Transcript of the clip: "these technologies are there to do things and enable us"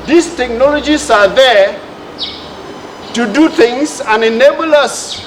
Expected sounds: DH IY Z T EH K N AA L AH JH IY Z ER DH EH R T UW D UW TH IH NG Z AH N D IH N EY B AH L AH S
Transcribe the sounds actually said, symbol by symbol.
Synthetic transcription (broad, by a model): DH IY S T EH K N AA L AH JH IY S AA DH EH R T UW D UW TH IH NG S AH N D IH N EY B AH L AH S